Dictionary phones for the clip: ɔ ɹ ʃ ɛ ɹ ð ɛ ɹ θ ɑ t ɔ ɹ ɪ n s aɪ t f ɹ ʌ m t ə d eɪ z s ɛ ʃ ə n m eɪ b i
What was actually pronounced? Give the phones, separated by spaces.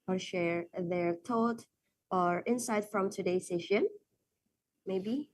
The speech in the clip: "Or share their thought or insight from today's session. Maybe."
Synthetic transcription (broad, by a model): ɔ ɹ ʃ ɛ ɹ ð ɛ ɹ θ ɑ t ɔ ɹ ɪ n s aɪ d f ɹ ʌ m t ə d eɪ s ɛ ʃ ə n m eɪ b i